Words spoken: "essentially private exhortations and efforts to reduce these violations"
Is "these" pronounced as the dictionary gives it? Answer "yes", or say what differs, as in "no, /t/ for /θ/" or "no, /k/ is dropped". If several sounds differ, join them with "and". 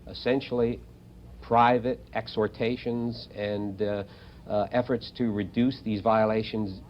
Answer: yes